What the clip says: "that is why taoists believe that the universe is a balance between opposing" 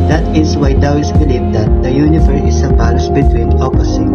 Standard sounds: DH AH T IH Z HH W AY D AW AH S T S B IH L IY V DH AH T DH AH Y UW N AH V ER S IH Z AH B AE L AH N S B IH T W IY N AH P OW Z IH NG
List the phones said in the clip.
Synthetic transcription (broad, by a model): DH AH T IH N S W AY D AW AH S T B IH L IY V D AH T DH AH Y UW N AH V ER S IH S AH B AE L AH S B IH T W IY N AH P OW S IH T